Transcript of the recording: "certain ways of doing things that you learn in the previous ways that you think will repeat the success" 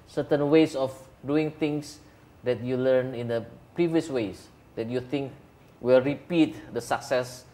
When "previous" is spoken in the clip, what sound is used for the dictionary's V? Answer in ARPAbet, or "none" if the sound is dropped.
V